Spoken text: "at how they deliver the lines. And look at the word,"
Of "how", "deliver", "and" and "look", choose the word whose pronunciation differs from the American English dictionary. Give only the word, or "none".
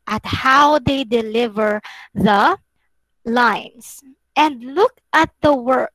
none